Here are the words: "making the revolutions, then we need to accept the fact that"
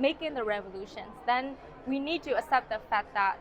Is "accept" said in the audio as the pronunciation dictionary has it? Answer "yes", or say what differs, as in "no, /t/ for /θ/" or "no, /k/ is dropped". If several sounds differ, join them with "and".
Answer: no, /k/ is dropped